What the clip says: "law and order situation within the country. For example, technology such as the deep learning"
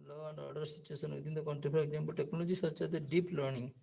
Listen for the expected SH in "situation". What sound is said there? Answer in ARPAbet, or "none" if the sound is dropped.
S